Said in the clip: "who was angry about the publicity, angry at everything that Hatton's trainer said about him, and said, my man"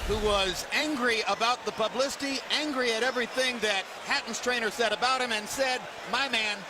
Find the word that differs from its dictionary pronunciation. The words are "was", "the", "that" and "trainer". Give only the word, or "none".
none